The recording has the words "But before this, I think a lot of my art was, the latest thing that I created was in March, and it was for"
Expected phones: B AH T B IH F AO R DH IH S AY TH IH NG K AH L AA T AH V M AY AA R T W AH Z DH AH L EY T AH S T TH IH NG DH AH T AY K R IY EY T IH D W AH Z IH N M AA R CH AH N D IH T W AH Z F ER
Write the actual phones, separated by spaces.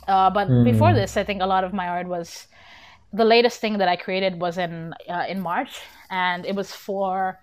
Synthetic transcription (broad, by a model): B AH T B IH F AO R DH IH S AY TH IH NG K AH L AA T AH V M AY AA R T W AH Z DH AH L EY T AH S T TH IH NG DH AH T AY K R IY EY T IH D W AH Z IH N M AA R CH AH N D IH T W AH Z F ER